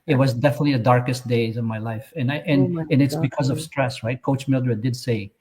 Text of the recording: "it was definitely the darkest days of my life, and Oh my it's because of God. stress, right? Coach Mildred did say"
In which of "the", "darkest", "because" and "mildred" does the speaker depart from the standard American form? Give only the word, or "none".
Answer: none